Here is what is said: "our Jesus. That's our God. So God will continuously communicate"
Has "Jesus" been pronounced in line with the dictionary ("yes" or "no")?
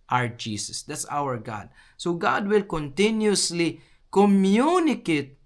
no